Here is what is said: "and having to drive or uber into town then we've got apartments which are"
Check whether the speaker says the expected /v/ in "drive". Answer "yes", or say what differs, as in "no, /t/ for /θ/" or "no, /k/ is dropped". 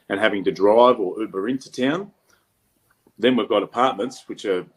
yes